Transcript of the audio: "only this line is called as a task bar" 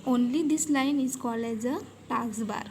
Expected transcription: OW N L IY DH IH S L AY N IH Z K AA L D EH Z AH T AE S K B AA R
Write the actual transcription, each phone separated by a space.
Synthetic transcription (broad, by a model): OW N L IY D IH S L AY N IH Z K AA L EH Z AH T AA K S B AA R